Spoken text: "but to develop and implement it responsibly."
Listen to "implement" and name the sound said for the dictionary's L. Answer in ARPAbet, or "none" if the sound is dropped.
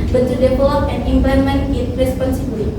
none